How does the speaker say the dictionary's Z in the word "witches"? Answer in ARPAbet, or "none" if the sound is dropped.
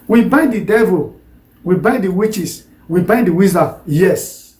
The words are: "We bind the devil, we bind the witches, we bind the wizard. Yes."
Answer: S